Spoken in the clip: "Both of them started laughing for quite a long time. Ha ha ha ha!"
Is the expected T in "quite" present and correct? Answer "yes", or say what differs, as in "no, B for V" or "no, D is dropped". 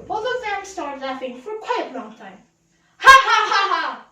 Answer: no, T is dropped